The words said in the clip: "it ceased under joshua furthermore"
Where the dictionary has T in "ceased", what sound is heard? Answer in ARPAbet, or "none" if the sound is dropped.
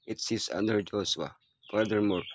none